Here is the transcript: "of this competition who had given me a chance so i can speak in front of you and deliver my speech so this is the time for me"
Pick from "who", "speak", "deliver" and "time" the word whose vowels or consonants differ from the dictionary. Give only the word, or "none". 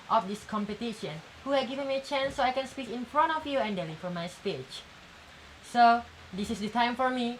deliver